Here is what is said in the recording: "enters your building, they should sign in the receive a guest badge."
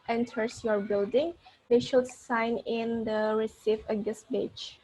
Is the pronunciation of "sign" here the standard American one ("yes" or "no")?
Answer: yes